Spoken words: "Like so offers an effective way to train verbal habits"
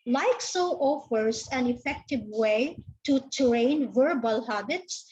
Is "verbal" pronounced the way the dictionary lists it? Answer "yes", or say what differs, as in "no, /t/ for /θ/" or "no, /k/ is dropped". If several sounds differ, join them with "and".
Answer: yes